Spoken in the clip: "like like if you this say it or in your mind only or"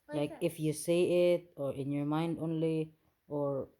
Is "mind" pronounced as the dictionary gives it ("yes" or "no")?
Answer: yes